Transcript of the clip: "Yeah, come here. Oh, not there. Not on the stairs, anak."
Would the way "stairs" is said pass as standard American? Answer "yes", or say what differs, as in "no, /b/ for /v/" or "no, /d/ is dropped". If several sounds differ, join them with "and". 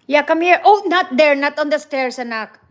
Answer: no, /s/ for /z/